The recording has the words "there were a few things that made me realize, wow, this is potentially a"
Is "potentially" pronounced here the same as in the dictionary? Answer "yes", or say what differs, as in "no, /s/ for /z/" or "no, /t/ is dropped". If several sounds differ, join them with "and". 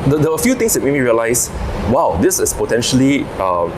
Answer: yes